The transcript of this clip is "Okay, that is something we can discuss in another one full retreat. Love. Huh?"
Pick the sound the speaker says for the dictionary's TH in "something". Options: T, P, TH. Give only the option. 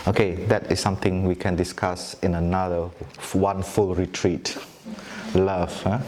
T